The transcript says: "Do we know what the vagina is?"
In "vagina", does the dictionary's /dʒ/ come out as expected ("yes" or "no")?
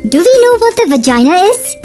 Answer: yes